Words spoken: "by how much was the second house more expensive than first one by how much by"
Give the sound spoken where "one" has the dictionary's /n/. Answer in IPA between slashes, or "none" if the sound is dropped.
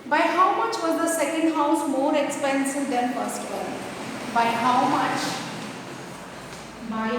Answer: /l/